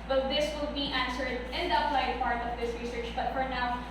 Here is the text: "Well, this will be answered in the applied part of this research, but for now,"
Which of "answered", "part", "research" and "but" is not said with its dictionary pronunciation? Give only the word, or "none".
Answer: none